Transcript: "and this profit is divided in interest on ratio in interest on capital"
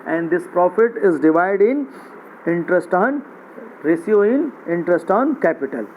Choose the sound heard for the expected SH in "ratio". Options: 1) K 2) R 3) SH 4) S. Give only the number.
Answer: 4